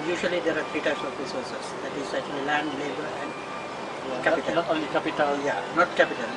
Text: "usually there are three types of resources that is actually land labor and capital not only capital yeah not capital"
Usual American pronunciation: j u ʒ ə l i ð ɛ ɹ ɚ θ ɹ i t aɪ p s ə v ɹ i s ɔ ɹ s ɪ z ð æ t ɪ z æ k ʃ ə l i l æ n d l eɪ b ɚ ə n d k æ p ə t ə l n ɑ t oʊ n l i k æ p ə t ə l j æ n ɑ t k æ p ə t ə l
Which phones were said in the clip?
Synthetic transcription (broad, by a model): j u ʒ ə l i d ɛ ɹ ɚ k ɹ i t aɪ s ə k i s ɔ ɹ s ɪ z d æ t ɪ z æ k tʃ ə l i l æ n d l eɪ b ɚ ə n d k æ p ə t ə l n ɑ t oʊ n l i k æ p ə t ə l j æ n ɑ t k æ p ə t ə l